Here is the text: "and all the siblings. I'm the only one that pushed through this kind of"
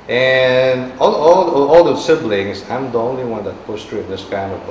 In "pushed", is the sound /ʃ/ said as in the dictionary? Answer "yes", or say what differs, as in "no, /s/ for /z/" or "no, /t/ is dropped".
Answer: no, /s/ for /ʃ/